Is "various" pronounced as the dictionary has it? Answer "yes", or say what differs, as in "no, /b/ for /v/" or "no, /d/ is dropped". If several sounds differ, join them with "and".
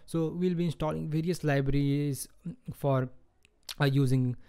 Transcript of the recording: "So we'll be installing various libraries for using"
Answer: yes